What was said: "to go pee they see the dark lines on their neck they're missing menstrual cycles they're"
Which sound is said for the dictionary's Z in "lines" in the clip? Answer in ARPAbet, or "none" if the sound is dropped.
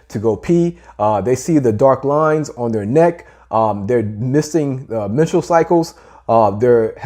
Z